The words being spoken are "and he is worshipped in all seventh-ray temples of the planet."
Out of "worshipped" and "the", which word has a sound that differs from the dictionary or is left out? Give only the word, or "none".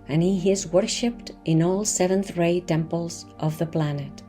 none